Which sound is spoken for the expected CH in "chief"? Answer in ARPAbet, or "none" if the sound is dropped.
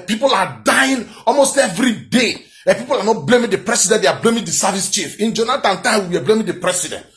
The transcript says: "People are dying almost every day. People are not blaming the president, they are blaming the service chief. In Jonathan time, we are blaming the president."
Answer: CH